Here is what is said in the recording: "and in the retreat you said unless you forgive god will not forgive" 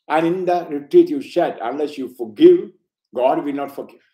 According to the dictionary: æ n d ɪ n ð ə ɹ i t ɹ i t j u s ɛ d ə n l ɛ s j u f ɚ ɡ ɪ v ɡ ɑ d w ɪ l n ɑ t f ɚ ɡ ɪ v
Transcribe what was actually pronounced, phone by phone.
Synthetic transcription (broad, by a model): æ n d ɪ n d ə ɹ i t ɹ i t j u ʃ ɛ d ə n l ɛ s j u f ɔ ɡ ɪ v ɡ ɑ d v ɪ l n ɑ t f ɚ ɡ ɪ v